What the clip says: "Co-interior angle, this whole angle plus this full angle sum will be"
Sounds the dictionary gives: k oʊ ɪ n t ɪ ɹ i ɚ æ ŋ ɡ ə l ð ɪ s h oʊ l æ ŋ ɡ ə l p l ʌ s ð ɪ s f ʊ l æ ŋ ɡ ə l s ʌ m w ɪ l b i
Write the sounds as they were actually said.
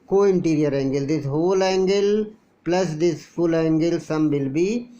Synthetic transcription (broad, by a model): k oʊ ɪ n t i ɹ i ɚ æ ŋ ɡ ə l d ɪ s h oʊ l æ ŋ ɡ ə l p l ʌ s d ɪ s f ʊ l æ ŋ ɡ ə l s ʌ m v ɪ l b i